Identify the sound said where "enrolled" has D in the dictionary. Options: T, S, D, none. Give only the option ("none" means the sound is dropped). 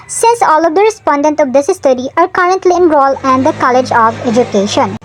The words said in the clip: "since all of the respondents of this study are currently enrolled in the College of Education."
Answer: none